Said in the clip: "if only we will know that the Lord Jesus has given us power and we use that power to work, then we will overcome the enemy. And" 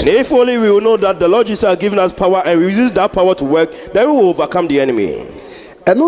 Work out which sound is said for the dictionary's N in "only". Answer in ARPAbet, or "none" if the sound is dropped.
none